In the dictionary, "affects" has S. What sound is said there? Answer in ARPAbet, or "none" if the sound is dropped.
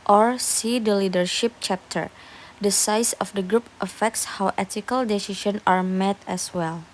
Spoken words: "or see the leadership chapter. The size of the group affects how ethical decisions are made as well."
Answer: S